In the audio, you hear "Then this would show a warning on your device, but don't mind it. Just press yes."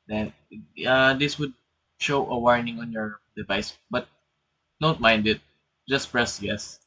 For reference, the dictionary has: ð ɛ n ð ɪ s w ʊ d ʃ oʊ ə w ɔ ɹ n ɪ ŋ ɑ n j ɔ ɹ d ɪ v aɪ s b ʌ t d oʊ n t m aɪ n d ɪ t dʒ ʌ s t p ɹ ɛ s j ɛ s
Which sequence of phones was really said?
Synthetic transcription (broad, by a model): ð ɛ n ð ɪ s w ʊ d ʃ oʊ ə w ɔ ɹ n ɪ ŋ ɑ n j ɔ ɹ d ɪ v aɪ s b ʌ t d oʊ n t m aɪ n d ɪ t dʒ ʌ s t p ɹ ɛ s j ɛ s